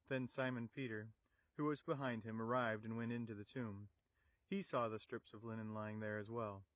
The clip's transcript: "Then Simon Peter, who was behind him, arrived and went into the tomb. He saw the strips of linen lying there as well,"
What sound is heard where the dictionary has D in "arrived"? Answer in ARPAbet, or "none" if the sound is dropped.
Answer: D